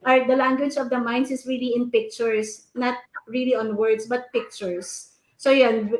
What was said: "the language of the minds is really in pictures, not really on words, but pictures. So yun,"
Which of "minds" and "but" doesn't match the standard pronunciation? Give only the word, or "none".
minds